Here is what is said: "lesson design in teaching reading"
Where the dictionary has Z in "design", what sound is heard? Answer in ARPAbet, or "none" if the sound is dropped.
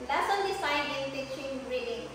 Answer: S